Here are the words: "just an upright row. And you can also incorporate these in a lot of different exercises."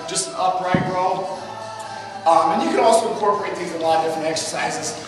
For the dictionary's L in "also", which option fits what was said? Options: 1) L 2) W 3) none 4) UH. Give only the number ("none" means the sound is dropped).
1